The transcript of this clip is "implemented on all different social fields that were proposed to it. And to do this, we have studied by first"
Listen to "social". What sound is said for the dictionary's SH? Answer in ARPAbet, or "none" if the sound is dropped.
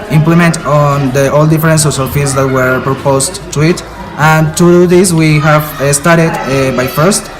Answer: S